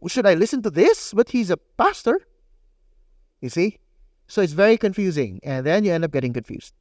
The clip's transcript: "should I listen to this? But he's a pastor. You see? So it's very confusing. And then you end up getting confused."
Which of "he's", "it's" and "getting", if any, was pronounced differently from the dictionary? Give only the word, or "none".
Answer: none